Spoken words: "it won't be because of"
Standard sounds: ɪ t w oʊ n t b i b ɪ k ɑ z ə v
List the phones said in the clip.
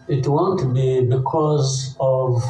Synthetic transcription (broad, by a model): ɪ t w oʊ n t b i b ɪ k ɑ z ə v